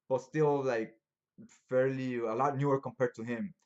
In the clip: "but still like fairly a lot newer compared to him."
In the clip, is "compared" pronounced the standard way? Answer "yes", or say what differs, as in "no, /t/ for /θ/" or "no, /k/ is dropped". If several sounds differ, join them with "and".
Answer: yes